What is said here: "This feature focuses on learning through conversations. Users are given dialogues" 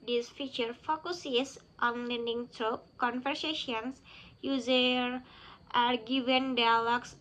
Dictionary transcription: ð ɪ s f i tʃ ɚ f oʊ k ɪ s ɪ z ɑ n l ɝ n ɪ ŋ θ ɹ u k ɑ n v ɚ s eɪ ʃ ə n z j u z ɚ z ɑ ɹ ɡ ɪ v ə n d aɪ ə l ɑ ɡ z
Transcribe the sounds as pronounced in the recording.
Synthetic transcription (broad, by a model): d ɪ s f i tʃ ɚ f oʊ k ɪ s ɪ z ɑ n l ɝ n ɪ ŋ t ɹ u k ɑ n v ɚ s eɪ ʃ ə n s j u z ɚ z ɑ ɹ ɡ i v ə n d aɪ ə l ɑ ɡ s